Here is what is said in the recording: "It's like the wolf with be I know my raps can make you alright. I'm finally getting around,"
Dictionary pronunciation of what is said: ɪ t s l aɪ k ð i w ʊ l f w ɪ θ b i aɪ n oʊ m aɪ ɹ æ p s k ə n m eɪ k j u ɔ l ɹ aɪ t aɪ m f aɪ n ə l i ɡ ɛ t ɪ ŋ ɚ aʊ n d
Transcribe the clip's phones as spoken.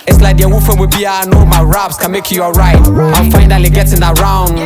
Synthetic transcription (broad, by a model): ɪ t s l aɪ k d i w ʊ f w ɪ b i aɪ n oʊ m aɪ ɹ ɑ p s k ə n m eɪ k j u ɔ ɹ aɪ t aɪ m f aɪ n ə l i ɡ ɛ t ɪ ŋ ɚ aʊ n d